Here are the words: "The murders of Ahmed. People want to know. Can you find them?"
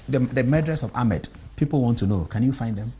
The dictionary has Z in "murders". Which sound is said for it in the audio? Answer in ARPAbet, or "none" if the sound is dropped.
S